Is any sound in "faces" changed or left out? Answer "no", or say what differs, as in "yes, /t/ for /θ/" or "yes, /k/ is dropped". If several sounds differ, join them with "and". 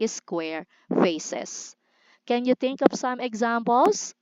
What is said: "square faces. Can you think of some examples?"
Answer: yes, /s/ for /z/